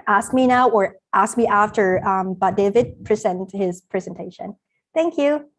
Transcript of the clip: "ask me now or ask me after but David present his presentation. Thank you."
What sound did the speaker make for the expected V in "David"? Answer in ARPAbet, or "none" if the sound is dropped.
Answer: V